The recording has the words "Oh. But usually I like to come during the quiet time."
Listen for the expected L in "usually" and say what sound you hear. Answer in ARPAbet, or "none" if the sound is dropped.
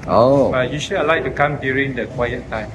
none